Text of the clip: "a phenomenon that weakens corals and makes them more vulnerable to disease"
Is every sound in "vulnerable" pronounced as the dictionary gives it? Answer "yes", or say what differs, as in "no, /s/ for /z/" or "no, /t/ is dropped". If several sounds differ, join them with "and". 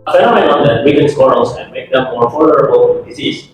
no, /f/ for /v/